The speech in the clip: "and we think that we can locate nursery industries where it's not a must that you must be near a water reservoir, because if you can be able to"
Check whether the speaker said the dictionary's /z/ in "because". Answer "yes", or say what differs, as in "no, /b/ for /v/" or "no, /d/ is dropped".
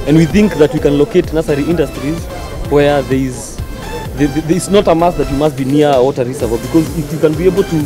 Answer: yes